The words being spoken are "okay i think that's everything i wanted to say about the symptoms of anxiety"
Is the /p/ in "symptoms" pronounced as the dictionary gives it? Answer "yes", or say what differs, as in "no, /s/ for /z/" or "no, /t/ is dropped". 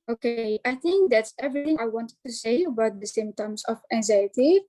no, /p/ is dropped